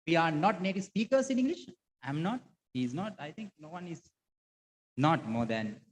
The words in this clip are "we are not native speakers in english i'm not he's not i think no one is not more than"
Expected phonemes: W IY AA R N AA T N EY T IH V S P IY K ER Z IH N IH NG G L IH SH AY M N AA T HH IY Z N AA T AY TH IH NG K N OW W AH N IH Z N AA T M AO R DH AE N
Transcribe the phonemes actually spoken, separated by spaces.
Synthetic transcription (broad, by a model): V IY AA R N AA T N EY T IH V S P IY K ER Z IH N IH NG G L IH SH AY M N AA T HH IY Z N AA T AY T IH NG K N OW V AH N IH Z N AA T M AO R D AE N